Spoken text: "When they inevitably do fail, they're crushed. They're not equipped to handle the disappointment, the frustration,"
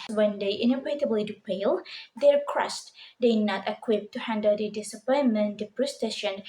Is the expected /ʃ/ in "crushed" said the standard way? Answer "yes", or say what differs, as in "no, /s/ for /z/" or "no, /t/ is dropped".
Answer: no, /s/ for /ʃ/